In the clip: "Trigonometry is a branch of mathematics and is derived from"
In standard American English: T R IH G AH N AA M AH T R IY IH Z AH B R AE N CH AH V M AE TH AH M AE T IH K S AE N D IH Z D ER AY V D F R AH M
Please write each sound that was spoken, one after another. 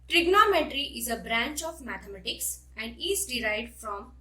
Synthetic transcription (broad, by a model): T R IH G N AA M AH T R IY IH Z AH B R AE N CH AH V M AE T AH M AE T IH K S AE N D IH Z D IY AY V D F R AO M